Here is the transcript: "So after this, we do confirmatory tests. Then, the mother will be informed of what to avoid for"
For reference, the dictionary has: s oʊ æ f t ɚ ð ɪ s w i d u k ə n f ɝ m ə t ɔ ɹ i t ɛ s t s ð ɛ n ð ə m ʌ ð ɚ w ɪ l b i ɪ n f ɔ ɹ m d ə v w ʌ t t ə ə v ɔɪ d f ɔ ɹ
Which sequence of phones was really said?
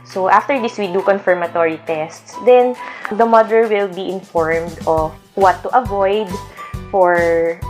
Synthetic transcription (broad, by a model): s oʊ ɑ f t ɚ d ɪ s w i d u k ə n f ɝ m ə t ɔ ɹ i t ɛ s t s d ɛ n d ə m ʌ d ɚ w ɪ l b i ɪ n f ɔ ɹ m d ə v w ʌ t t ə ə v ɔɪ d f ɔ ɹ